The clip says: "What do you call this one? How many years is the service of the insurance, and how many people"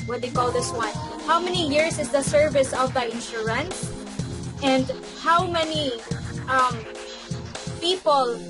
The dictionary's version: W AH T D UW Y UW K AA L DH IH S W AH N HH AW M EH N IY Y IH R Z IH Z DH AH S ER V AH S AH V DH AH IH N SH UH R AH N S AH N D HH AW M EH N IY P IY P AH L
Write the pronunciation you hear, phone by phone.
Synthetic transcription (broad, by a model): W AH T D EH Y K AA L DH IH S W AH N HH AW M EH N IY Y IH R S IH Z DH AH S ER V AH S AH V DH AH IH N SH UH R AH N S AH N D HH AW M EH N IY P IY P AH L